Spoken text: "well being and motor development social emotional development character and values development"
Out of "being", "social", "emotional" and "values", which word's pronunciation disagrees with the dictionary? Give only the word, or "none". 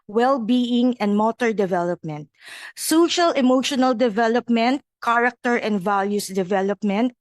values